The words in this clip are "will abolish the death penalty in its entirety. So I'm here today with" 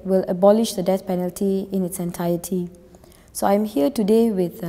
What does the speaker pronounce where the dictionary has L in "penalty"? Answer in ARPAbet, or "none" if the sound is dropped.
L